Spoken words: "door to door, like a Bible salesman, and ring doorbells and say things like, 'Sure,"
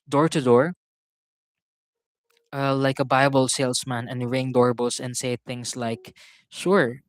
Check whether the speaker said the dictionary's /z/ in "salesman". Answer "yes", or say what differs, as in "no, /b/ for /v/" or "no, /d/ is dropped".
no, /s/ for /z/